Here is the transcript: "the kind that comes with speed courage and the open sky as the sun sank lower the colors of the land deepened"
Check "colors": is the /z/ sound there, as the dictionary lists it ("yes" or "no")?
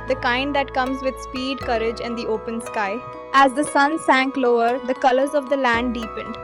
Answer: yes